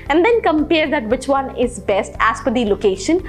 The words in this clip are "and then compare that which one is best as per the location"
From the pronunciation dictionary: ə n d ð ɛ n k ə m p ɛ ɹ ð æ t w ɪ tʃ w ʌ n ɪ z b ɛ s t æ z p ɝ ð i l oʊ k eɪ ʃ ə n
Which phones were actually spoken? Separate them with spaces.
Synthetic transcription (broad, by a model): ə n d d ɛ n k ə m p ɛ ɹ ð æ t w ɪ tʃ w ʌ n ɪ z b ɛ s t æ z f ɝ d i l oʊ k eɪ ʃ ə n